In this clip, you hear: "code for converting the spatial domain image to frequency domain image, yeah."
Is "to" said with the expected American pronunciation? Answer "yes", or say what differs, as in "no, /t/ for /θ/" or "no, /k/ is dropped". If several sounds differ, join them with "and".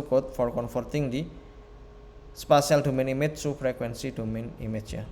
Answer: no, /s/ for /t/